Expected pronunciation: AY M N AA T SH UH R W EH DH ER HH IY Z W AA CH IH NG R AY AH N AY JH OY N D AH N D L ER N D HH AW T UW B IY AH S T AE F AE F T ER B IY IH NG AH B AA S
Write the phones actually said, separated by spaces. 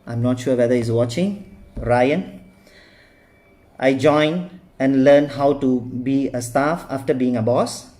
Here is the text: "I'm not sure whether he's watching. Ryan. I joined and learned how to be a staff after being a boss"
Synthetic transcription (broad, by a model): AY M N AA T SH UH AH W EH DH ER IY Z W AA CH IH NG R AY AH N AY JH OY N AH N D L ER N HH AW T UW B IY AH S T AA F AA F T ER B IY IH NG AH B AA S